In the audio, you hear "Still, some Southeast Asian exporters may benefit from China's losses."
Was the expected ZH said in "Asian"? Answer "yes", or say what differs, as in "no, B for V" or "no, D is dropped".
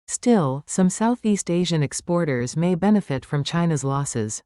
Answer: yes